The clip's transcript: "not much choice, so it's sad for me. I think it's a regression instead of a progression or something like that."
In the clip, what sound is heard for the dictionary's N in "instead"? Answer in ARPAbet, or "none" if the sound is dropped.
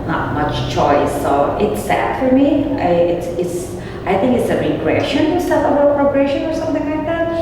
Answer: none